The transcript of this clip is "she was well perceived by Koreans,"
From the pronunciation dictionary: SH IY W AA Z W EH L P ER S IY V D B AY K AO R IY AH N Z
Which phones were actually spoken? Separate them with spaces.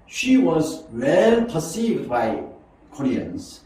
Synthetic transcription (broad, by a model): SH IY W AA Z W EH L P ER S IY V D B AY K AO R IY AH N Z